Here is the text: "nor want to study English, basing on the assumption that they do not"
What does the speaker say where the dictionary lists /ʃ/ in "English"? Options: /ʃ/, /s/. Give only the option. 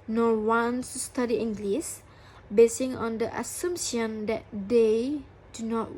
/s/